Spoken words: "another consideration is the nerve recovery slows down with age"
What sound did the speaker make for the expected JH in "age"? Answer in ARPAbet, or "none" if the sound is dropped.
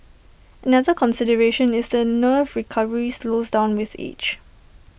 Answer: CH